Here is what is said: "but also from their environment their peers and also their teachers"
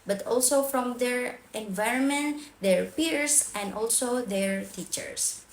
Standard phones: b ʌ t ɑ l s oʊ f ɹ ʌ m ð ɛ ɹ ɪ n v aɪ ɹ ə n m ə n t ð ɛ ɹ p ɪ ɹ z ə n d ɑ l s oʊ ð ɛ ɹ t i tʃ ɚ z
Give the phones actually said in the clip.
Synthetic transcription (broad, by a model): b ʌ t ɑ l s oʊ f ɹ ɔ m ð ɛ ɹ ɪ n v aɪ ɹ ə n m ə n t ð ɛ ɹ p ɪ ɹ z ə n d ɑ l s oʊ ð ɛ ɹ t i tʃ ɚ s